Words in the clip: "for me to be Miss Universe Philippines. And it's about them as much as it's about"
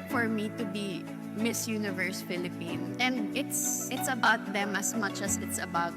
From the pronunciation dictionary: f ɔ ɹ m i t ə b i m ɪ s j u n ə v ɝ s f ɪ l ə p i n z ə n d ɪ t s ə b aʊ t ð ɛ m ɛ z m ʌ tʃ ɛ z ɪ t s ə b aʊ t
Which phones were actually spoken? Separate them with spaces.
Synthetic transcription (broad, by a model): f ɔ ɹ m i t ə b i m ɪ s j u n ə v ɝ s f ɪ l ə p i n ə n d ɪ t s ə b aʊ t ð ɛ m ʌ s m ʌ tʃ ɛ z ɪ t s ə b aʊ t